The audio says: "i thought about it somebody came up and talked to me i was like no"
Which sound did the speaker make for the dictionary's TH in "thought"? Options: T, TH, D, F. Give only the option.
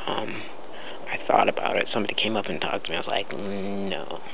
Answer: TH